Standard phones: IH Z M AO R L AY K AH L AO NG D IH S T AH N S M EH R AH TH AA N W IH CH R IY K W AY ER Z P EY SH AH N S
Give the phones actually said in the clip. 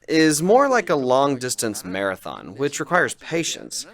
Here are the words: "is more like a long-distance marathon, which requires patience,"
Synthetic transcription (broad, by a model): IH Z M AO R L AY K AH L AO NG D IH S T AH N S M EH R AH TH AA N W IH CH R IY K W AY ER Z P EY SH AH N S